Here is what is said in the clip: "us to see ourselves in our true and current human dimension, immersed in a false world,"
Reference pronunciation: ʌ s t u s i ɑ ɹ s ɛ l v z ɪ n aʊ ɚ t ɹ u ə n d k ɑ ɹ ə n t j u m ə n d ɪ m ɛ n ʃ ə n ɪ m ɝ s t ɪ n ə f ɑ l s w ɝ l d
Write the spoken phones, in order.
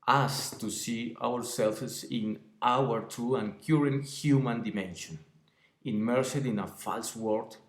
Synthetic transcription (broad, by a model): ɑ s t u s i ɑ ɹ s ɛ l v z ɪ n aʊ ɚ t u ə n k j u ɹ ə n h j u m ə n d ɪ m ɛ n ʃ ə n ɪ m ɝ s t ɪ n ə f ɑ l s w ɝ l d